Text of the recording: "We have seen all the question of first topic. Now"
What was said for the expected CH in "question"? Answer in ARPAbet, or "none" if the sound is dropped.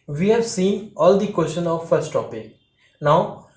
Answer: SH